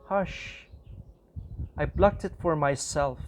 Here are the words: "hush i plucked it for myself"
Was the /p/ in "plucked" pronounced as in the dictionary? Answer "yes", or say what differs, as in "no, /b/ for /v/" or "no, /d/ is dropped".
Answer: no, /b/ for /p/